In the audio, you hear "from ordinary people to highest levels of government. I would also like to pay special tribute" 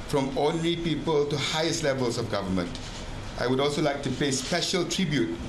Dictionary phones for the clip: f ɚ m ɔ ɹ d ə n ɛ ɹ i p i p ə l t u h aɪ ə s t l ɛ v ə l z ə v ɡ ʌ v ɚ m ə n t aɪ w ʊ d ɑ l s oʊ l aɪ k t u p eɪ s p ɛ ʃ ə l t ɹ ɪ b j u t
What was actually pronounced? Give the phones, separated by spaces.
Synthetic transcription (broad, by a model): f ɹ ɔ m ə n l i p i p ə l t u h aɪ ə s t l ɛ v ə l s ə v ɡ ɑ v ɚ m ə n t aɪ w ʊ d ɑ l s oʊ l aɪ k t u p eɪ s p ɛ ʃ ə l t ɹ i b j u t